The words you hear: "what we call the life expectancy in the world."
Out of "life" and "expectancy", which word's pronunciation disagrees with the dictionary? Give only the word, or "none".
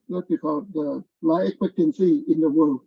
life